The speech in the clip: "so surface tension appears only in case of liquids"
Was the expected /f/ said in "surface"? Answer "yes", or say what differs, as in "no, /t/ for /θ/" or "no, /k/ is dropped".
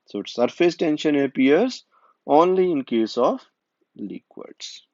yes